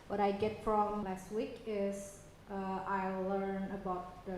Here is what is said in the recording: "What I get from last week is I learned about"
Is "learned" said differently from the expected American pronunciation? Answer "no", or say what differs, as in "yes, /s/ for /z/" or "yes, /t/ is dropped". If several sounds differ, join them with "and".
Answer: yes, /d/ is dropped